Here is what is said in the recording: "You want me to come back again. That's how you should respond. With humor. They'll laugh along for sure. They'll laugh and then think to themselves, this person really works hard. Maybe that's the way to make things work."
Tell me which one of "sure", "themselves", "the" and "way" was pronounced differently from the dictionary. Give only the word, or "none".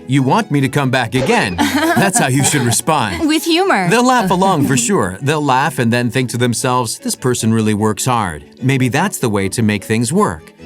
none